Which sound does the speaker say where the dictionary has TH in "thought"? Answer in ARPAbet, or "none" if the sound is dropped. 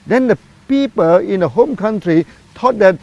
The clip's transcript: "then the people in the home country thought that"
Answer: T